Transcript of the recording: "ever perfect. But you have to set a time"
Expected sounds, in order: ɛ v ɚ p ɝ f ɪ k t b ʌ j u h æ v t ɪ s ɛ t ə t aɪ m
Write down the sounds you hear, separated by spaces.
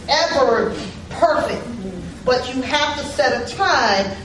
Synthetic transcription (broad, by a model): ɛ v ɚ p ɝ f ɪ k t b ʌ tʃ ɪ h æ f t ɪ s ɛ t ə t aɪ